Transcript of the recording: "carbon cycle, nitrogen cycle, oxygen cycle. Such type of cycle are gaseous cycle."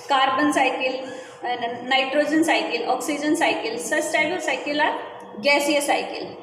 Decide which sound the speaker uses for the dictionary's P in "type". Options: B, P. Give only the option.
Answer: B